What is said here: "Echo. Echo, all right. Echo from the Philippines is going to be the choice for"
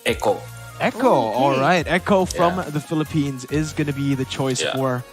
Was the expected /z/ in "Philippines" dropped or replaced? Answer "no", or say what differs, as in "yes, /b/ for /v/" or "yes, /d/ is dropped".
no